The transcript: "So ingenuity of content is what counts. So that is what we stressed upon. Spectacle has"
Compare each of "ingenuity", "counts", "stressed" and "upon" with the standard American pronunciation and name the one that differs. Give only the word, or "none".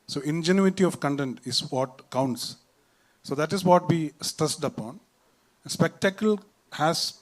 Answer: stressed